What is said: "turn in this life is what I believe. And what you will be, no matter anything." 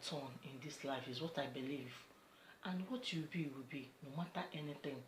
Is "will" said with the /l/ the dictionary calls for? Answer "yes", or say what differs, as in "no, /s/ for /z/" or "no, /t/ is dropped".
no, /w/ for /l/